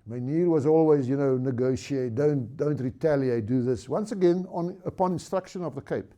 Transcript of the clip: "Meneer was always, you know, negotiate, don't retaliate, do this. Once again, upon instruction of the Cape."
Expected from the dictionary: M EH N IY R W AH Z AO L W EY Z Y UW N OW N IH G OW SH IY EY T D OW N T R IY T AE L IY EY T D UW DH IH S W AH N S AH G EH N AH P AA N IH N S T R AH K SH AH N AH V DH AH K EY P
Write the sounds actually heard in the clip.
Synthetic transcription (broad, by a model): M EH N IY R W AH Z AO L W EY Z Y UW N OW N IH G OW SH IY EY T D OW N T R IY T AE L IY EY T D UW DH IH S W AH N S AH G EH N AH P AA N IH N S T R AH K SH AH N AH V DH AH K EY P